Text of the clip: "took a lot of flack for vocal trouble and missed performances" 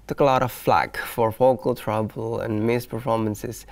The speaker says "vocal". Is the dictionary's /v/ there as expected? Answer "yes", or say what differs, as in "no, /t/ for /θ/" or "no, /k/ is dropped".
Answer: no, /f/ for /v/